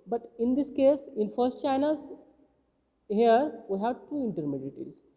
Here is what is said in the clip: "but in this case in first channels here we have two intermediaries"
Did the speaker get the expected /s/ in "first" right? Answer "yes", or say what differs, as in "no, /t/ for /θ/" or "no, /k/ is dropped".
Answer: yes